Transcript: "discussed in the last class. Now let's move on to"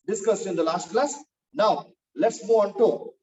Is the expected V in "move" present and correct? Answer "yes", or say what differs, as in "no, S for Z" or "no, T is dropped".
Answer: no, V is dropped